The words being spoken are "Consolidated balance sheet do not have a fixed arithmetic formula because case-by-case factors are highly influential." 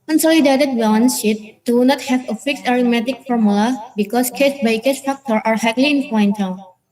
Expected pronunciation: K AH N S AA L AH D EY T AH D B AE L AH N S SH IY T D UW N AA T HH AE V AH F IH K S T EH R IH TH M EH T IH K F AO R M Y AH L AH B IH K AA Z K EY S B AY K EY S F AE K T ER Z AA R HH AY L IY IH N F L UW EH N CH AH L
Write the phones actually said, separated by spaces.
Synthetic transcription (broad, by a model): K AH N S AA L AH D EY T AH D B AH N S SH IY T D UW N AA T HH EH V AH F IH K S EH R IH M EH T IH K F AO R M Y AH L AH B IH K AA S K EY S B AY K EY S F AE K T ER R AA R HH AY L IY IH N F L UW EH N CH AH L